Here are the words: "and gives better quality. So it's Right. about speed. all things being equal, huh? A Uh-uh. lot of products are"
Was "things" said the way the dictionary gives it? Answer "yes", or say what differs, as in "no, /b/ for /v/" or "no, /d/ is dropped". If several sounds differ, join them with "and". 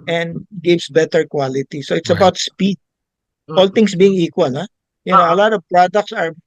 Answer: no, /t/ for /θ/ and /s/ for /z/